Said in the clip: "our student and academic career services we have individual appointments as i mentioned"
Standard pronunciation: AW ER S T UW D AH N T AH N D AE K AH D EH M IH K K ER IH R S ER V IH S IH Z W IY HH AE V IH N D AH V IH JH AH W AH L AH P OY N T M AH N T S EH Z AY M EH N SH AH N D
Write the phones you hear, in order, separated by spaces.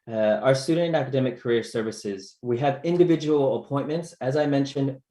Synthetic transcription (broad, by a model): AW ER S T UW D N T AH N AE K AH D EH M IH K K ER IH R S ER V IH S IH Z W IY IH V IH N D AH V IH JH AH W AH L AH P OY N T M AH N T S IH Z AY M EH N SH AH N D